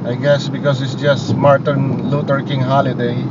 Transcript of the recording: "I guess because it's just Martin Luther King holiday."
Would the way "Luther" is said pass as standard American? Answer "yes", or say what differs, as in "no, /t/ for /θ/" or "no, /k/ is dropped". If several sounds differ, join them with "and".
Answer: no, /t/ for /θ/